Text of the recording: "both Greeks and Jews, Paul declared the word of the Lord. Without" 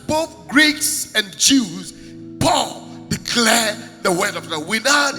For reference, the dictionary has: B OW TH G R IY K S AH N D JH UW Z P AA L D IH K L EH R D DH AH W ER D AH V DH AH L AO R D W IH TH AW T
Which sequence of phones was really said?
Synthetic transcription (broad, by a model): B OW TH G R IY K S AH N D JH UW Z P AA L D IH K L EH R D DH AH W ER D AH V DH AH W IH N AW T